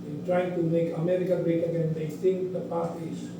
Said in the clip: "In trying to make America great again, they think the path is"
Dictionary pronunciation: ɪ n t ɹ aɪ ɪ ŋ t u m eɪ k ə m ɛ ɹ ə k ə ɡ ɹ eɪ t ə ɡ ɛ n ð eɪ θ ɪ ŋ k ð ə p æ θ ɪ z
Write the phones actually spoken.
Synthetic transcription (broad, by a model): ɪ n t ɹ aɪ ɪ ŋ t u m eɪ k ə m ɛ ɹ ə k ə ɡ ɹ eɪ t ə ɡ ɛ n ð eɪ t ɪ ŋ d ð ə p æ s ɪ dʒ